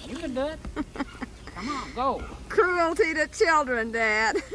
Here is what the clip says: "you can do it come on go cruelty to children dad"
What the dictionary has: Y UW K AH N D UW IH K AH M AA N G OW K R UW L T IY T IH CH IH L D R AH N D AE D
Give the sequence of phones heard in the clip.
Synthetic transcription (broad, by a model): Y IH K AH N D UW IH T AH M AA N G OW K R UW L T IY T IH CH IH L D R AH N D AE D